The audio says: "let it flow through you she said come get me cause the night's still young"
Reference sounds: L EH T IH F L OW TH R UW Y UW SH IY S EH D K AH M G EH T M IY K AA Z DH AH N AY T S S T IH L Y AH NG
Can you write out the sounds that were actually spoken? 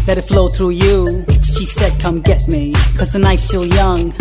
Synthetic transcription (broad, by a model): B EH T IH F L OW TH R UW Y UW SH IY S EH D K AH M G EH T M IY K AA Z DH AH N AY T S S T IH L Y AH NG